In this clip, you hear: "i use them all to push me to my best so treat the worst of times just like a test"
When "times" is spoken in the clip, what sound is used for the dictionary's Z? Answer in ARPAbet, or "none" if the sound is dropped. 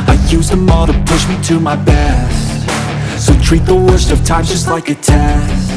none